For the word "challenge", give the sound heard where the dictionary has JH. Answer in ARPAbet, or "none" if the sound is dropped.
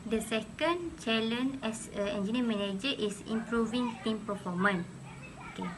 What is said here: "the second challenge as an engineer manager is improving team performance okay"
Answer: none